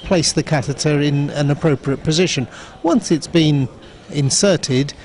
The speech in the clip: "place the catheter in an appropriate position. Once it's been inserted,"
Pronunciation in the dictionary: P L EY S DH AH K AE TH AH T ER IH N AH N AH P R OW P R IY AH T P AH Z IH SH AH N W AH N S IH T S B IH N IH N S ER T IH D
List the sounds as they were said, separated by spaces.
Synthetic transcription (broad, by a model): P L EY S DH AH K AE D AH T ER IH N AH N AH P R OW P R IY AH T P AH Z IH SH AH N W AH N S IH T S B IH N IH N S ER T IH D